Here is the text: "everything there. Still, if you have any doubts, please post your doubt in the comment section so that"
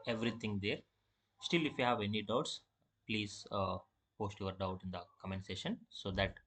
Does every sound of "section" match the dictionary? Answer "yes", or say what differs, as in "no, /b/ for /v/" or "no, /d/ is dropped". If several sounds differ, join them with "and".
no, /k/ is dropped